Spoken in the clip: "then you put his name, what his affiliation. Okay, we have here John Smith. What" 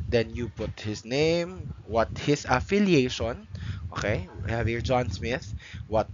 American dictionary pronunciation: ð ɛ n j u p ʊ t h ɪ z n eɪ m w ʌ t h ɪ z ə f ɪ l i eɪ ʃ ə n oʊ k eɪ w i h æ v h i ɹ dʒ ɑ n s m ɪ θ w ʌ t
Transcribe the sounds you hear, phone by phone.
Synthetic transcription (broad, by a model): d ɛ n j u p ʊ t h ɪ s n eɪ m w ʌ t h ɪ s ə f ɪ l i eɪ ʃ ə n oʊ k eɪ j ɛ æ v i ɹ dʒ ɑ n s m ɪ θ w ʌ t